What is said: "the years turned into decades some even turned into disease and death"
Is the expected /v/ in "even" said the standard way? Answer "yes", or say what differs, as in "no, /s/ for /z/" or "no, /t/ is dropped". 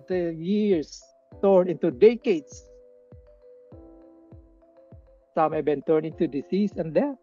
no, /b/ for /v/